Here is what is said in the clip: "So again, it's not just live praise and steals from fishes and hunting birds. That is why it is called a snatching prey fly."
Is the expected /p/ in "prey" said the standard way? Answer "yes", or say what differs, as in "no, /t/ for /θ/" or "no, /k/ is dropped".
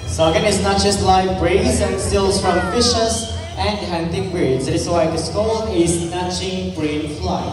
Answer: no, /b/ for /p/